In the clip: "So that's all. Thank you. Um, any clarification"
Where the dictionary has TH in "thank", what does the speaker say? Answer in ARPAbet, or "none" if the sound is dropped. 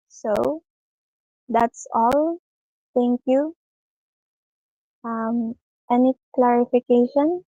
T